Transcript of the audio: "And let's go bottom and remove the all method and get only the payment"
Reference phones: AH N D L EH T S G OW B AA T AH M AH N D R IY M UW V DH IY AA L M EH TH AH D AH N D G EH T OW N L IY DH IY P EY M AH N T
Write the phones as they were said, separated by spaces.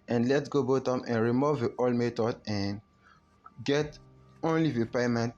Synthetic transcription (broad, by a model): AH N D L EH T G OW B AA T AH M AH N R IY M UW V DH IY AA L M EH T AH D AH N G EH T OW N L IY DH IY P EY M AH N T